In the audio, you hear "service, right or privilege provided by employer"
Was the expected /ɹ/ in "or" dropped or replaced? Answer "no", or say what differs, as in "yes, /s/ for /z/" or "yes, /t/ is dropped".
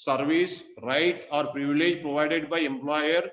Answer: no